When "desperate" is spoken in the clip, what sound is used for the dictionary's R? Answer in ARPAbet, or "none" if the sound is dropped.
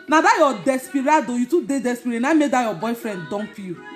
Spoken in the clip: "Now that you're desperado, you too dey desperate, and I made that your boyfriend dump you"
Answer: none